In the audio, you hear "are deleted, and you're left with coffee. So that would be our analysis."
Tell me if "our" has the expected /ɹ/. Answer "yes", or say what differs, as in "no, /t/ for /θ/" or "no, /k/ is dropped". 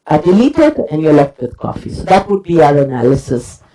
yes